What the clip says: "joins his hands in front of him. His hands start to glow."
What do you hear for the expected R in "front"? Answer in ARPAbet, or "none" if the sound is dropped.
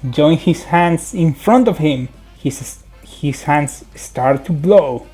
R